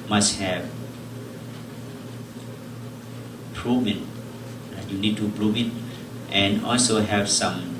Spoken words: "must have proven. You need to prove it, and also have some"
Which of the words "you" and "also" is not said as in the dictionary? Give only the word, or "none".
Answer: none